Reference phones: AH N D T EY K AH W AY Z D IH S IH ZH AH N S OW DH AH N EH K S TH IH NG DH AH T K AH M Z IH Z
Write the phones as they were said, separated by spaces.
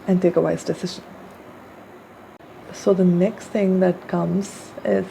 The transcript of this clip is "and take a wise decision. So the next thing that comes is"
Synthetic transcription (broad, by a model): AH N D T EY K AH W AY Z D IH S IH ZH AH N S OW DH AH N EH K S TH IH NG DH AH T K AH M Z IH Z